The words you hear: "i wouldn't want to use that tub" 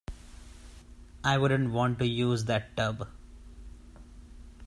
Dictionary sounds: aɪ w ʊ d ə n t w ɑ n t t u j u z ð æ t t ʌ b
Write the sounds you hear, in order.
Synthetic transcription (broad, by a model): aɪ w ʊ d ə n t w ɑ n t t u j u z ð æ t t ʌ b